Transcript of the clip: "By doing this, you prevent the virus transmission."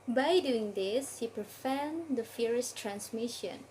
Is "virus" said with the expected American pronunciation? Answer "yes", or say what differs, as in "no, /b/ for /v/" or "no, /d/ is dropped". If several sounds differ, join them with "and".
no, /f/ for /v/